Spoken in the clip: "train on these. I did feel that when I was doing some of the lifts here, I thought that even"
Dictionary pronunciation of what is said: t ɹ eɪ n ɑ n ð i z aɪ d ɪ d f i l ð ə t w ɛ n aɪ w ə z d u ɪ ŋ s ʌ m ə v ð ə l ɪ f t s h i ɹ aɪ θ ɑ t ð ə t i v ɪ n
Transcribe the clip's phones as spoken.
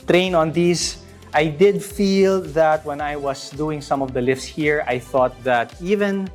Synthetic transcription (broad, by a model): t ɹ eɪ n ɑ n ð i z aɪ d ɪ d f i l ð ə t w ɛ n aɪ w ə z d u ɪ ŋ s ʌ m ə v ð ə l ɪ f s h i ɹ aɪ θ ɑ t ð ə t i v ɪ n